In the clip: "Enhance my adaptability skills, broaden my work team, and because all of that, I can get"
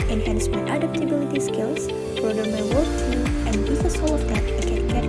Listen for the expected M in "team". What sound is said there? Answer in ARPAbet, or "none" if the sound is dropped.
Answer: none